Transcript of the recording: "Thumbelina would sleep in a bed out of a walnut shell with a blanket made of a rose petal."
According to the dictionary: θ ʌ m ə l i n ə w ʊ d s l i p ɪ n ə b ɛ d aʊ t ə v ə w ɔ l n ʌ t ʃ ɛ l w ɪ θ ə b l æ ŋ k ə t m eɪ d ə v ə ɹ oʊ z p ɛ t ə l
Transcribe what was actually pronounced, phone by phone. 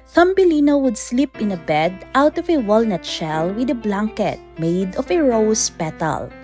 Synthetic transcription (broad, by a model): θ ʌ m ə l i n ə w ʊ d s l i p ɪ n ə b ɛ d aʊ t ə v ə w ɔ l n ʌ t ʃ ɛ l w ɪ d ə b l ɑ ŋ k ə t m eɪ d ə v ə ɹ oʊ s p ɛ t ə l